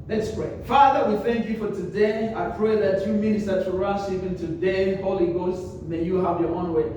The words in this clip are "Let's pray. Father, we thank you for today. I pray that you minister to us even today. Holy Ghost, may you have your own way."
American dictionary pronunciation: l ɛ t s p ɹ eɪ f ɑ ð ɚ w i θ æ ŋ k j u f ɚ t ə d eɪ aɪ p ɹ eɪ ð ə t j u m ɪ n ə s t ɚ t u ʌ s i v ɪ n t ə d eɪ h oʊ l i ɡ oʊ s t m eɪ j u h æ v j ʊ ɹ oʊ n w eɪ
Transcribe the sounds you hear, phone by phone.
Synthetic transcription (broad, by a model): l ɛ t s p ɹ eɪ f ɑ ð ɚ w i θ æ ŋ k j u f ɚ t ə d eɪ aɪ p ɹ eɪ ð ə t j u m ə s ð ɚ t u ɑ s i p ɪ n t ə d eɪ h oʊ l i ɡ oʊ s t m eɪ j u h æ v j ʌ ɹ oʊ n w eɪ